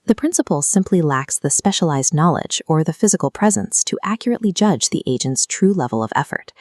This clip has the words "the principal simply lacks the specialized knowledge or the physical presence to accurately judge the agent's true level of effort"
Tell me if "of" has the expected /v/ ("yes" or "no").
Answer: yes